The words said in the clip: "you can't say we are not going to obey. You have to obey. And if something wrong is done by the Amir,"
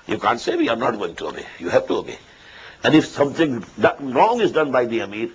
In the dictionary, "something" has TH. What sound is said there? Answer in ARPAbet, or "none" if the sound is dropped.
T